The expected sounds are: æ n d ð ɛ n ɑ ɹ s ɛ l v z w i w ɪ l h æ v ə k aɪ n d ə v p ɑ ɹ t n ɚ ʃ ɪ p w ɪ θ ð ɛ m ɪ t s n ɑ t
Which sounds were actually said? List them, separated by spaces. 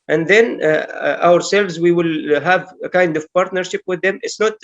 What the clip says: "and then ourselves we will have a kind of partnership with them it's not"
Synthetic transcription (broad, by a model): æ n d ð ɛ n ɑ ɹ s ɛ l v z w i w ɪ l h æ v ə k aɪ n d ə v p ɑ ɹ t n ɚ ʃ ɪ p w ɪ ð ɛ m ɪ t s n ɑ t